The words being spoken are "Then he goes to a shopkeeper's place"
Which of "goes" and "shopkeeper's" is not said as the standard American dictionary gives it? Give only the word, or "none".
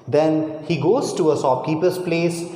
shopkeeper's